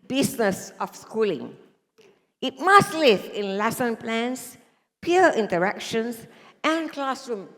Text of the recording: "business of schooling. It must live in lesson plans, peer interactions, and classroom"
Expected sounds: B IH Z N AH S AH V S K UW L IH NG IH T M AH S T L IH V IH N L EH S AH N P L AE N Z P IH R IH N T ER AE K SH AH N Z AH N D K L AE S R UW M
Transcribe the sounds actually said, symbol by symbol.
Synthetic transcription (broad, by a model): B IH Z N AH S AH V S K UW L IH NG IH T M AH S T L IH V IH N L EH S AH N P L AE N S P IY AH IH N T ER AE K SH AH N S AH N K L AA S R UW M